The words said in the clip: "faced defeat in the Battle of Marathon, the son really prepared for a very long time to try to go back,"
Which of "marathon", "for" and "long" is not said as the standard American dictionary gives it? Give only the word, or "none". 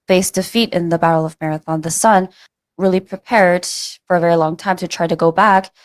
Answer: none